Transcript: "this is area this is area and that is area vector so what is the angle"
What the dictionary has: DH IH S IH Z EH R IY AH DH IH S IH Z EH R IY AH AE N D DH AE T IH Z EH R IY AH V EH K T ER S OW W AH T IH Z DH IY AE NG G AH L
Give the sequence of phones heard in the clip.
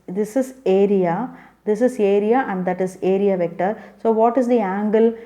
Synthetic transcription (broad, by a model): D IH S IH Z EH R IY AH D IH S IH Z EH R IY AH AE N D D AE T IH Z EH R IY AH V EH K T ER S OW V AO T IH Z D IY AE NG G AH L